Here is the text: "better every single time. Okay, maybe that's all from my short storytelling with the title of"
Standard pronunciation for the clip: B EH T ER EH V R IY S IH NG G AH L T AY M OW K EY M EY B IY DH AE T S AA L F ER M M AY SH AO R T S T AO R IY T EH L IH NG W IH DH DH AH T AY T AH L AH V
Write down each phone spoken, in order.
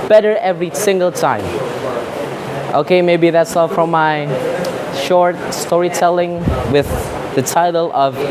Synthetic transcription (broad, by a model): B EH T ER EH V R IY S IH NG G AH L T AY M OW K EY M EY B IY DH AE T S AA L F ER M M AY SH AO R T S T AO R IY T EH L IH NG W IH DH DH AH T AY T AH L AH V